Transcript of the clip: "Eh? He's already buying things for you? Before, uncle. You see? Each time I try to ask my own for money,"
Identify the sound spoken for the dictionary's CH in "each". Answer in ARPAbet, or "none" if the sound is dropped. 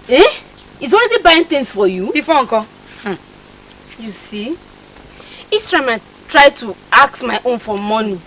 S